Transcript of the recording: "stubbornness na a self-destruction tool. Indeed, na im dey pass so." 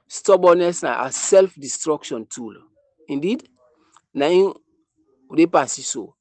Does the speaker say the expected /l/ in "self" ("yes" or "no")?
yes